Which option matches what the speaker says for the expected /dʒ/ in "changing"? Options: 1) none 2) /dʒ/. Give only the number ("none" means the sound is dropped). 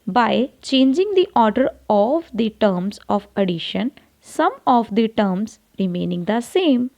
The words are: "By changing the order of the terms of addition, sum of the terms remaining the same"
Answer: 2